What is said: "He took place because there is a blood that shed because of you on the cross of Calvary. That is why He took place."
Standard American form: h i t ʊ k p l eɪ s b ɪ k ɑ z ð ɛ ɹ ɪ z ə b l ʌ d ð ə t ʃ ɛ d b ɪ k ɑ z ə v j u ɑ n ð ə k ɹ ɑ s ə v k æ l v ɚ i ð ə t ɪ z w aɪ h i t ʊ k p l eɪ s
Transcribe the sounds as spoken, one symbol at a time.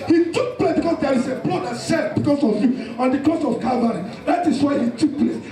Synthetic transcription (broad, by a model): h i t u k p l eɪ s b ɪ k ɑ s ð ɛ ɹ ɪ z ə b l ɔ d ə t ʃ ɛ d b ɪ k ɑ s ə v j u ɑ n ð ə k ɑ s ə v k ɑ v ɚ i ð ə t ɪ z w aɪ h i t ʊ k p l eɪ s